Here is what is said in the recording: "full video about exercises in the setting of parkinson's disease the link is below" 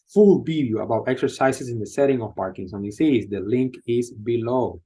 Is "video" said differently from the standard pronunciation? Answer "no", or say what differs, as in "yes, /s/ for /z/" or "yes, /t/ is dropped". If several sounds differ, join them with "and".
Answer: yes, /b/ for /v/